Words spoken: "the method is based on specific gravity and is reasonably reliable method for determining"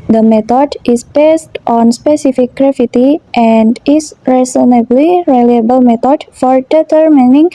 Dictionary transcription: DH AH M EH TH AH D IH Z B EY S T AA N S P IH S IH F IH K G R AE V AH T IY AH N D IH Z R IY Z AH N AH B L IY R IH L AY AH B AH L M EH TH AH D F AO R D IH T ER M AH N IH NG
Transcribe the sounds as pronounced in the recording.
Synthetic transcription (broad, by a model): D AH M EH T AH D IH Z B EY S T AA N S P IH S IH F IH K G R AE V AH T IY AH N D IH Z R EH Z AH N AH B L IY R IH L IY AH B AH L M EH T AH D F AO R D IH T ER M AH N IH NG